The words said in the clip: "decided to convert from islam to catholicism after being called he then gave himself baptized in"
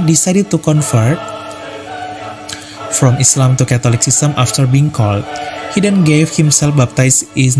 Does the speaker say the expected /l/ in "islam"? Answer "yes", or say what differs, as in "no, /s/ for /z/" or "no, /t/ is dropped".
yes